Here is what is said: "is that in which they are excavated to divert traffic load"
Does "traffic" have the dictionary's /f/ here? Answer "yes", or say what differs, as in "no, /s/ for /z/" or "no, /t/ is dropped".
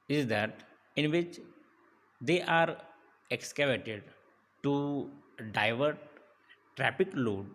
no, /p/ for /f/